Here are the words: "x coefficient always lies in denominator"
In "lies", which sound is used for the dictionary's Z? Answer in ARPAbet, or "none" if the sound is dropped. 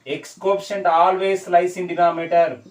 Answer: S